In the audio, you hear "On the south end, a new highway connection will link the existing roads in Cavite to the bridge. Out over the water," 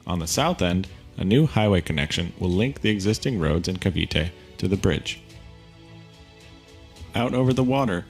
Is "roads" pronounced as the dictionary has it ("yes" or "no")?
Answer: yes